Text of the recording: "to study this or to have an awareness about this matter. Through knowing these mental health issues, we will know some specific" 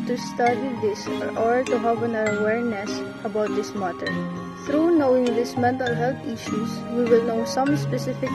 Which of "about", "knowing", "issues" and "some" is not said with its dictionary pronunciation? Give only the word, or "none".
issues